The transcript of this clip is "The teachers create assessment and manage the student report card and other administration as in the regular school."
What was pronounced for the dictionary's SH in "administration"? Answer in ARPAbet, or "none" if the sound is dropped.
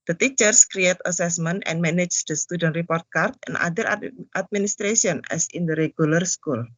S